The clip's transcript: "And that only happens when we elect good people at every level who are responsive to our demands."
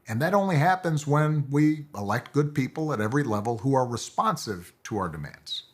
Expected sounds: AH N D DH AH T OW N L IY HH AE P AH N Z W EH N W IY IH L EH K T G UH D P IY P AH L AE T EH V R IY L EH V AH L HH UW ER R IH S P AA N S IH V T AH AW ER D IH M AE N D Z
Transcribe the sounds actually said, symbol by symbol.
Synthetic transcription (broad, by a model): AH N DH AH T OW N L IY HH AE P AH N Z W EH N W IY IH L EH K T G UH D P IY P L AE T EH V R IY L EH V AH L HH UW ER R IH S P AA N S IH V T AH AW ER D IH M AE N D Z